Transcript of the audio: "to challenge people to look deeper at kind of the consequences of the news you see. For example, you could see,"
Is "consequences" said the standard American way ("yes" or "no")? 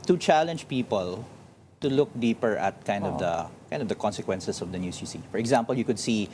no